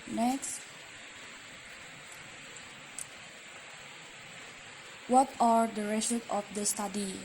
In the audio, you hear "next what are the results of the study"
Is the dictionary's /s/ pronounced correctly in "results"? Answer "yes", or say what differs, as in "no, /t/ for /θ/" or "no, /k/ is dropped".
no, /s/ is dropped